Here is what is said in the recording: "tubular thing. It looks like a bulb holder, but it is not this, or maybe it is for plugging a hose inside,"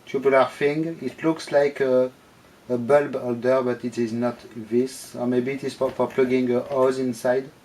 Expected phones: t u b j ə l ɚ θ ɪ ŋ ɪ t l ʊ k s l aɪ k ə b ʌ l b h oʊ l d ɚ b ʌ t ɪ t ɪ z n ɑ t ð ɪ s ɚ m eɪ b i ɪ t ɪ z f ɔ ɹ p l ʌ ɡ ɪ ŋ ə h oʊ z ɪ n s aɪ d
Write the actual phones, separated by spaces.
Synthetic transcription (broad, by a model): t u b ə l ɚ f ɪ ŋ ɪ t l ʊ k s l aɪ k ə b ʌ l b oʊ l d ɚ b ʌ t ɪ t ɪ z n ɑ t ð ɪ s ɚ m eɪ b i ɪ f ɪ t f ɔ ɹ p l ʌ ɡ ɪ ŋ ə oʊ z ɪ n s aɪ d